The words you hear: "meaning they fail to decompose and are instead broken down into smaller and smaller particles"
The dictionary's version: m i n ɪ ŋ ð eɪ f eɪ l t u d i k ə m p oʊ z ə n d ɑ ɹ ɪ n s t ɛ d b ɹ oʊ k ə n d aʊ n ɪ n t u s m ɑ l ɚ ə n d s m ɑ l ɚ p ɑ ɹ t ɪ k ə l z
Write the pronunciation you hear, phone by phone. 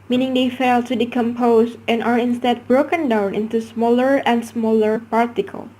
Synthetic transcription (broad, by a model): m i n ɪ ŋ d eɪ f eɪ l t u d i k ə m p oʊ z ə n ɑ ɹ ɪ n s t ɛ d b ɹ oʊ k ə n d aʊ n ɪ n t u s m ɑ l ɚ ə n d s m ɑ l ɚ p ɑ ɹ t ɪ k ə l